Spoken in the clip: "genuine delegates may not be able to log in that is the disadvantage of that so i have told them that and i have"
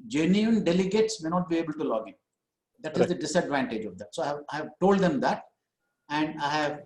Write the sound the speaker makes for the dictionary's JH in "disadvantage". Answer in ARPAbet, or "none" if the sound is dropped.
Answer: JH